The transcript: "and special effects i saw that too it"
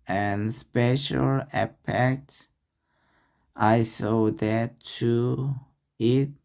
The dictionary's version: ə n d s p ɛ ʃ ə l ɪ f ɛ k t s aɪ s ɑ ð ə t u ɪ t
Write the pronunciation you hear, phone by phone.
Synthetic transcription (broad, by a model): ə n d s p ɛ ʃ ə l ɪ p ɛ k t s aɪ s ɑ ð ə t u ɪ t